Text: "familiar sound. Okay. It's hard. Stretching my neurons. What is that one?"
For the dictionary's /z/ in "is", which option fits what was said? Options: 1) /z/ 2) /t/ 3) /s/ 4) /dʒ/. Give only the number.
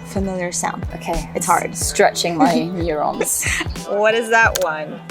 1